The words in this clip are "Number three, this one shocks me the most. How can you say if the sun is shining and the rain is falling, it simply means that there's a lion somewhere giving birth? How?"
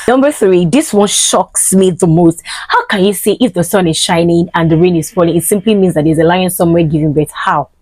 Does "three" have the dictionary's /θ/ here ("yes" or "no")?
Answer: yes